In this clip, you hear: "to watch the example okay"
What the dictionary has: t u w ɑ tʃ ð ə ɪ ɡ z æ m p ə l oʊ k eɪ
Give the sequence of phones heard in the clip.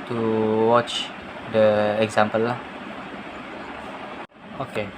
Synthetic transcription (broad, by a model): t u w ɑ tʃ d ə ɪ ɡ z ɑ m p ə l oʊ k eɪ